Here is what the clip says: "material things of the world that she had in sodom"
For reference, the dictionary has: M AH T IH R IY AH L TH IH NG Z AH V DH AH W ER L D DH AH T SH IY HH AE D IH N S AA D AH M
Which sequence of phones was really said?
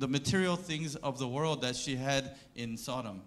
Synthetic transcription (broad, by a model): M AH T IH R IY L TH IH NG Z AH V DH AH W ER L D DH AH T SH IY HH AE D IH N S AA D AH M